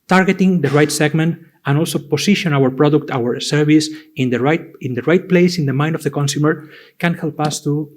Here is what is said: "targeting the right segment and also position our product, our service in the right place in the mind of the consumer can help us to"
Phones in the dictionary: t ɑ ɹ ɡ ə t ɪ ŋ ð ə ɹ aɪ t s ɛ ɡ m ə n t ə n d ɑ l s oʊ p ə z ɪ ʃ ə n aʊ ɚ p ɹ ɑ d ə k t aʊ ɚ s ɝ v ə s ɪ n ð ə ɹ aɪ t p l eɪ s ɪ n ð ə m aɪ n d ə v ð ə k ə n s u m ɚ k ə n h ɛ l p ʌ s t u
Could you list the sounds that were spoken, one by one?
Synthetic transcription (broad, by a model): t ɑ ɹ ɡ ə t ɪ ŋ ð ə ɹ aɪ t s ɛ ɡ m ə n t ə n ɑ l s oʊ p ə s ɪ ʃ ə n aʊ ɚ p ɹ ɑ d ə k t aʊ ɚ s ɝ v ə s ɪ n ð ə ɹ aɪ t p l eɪ s ɪ n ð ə m aɪ n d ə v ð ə k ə n s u m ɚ k ə n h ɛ l p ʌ s t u